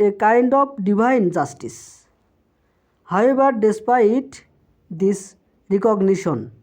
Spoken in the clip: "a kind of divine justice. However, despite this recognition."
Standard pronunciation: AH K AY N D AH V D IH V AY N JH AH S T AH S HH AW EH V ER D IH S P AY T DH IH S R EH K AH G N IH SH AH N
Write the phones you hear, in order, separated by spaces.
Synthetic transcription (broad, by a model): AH K AY N D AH P D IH B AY N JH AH S T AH S HH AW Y B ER D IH S P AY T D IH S R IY K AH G N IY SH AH N